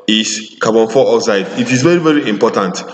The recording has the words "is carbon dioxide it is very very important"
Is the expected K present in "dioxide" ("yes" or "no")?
no